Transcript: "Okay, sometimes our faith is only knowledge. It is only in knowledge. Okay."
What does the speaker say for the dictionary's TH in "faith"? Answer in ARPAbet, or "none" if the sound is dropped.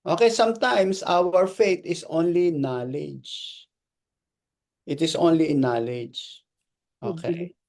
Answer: T